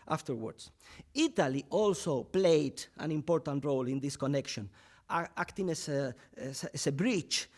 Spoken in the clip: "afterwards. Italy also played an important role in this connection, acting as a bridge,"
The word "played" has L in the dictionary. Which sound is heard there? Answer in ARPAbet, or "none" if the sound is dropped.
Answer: L